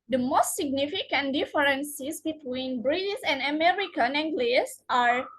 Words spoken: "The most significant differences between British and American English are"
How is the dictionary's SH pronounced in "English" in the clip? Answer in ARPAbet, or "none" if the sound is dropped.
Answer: S